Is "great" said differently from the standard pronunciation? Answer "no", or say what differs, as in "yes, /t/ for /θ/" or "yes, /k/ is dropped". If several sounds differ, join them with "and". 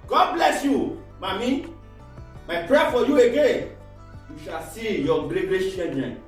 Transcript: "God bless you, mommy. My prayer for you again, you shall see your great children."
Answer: yes, /l/ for /ɹ/